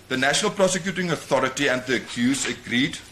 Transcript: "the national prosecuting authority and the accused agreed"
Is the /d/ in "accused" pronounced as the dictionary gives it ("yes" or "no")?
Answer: no